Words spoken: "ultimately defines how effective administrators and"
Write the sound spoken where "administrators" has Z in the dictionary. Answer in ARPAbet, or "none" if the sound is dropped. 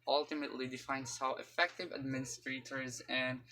Z